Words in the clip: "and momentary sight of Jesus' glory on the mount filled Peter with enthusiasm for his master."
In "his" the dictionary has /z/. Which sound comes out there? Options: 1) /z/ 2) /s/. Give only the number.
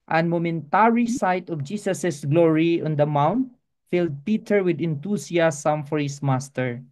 2